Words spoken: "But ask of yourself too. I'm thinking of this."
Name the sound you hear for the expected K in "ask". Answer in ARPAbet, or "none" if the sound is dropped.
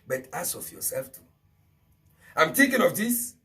none